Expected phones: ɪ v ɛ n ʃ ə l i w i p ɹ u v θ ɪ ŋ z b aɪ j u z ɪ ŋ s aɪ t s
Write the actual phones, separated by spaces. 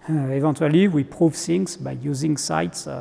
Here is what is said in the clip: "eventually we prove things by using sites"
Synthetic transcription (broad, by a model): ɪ v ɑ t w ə l i w i p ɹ u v s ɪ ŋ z b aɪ j u z ɪ ŋ s aɪ t s